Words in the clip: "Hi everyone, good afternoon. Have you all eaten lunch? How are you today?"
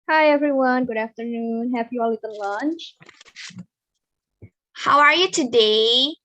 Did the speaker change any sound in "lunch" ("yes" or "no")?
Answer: no